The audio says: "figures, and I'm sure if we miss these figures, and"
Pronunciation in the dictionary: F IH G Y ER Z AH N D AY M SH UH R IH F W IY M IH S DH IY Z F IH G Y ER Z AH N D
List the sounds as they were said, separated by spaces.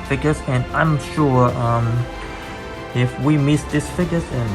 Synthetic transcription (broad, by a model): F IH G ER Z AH N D AY M SH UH R IH F W IY M IH S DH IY S F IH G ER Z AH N